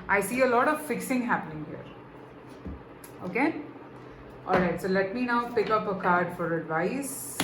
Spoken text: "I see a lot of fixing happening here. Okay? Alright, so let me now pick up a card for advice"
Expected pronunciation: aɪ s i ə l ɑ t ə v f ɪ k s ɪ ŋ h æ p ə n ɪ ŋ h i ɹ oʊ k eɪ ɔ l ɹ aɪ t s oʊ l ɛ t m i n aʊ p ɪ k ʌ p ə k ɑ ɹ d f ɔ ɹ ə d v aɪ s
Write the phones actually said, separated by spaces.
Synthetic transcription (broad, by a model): aɪ s i ə l ɑ t ə v f ɪ k s ɪ ŋ h æ p ə n ɪ ŋ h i ɹ oʊ k eɪ ɔ l ɹ aɪ t s oʊ l ɛ t m i n aʊ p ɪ k ʌ p ə k ɑ ɹ d f ɔ ɹ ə d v aɪ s